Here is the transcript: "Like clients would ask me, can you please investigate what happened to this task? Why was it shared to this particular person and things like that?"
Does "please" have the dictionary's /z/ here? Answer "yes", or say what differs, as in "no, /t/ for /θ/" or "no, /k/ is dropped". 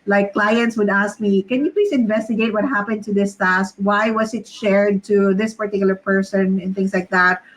no, /s/ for /z/